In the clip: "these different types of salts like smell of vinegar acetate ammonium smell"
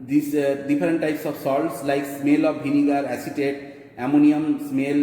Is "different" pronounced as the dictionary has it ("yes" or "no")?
no